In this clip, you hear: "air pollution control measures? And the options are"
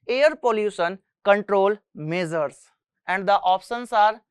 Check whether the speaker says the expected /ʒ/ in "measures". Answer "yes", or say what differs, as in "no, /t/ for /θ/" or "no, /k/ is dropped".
no, /z/ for /ʒ/